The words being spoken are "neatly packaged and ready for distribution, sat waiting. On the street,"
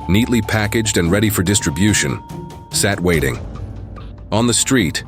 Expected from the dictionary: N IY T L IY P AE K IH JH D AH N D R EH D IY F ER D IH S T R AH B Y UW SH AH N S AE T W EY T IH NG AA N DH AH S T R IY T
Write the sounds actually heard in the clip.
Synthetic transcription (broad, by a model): N IY T L IY P AE K IH JH D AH N R EH D IY F ER D IH S T R AH B Y UW SH AH N S AE T W EY T IH NG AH N DH AH S T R IY T